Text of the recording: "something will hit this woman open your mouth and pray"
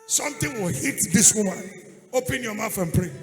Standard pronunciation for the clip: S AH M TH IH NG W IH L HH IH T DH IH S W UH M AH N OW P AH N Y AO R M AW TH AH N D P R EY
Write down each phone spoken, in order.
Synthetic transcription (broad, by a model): S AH M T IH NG W IH L HH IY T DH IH S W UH M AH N OW P AH N Y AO M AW F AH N P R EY